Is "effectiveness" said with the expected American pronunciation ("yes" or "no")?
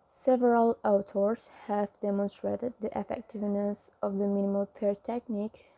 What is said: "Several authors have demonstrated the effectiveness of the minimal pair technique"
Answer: yes